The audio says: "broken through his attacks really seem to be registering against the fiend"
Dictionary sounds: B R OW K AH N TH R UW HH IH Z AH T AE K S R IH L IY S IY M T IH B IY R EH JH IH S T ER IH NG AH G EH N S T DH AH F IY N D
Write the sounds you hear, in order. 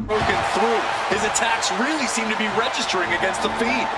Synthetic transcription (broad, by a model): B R OW K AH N TH R UW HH IH Z AH T AE K S R IH L IY S IY M T IH B IY R EH JH IH S T ER IH NG AH G EH N S T DH AH F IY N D